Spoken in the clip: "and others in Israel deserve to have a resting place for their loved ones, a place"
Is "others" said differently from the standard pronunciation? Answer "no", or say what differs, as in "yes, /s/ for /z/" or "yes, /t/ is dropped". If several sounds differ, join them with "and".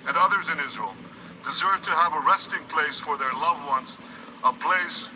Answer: no